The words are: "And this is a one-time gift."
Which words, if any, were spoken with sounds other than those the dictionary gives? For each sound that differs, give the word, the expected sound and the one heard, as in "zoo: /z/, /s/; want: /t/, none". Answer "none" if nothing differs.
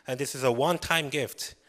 none